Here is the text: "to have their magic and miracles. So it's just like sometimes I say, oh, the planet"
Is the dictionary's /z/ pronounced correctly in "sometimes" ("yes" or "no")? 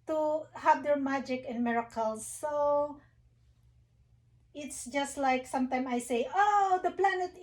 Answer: no